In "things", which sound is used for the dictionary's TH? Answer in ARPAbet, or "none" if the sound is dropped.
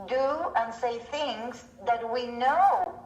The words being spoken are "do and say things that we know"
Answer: TH